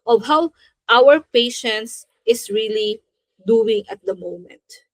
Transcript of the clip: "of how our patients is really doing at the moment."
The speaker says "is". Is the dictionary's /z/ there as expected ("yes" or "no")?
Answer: no